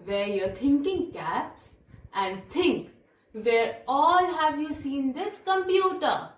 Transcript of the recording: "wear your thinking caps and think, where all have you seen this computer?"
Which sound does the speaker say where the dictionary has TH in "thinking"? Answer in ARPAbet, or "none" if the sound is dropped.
T